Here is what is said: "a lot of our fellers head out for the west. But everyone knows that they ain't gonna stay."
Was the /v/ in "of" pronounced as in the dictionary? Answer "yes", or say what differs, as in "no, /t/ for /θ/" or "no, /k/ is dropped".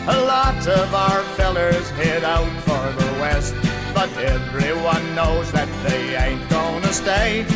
yes